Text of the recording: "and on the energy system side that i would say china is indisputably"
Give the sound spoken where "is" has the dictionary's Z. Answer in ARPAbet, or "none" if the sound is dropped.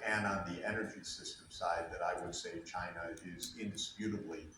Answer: Z